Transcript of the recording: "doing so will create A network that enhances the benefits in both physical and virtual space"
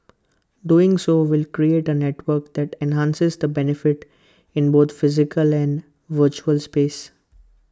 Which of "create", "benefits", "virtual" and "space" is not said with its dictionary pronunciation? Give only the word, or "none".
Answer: benefits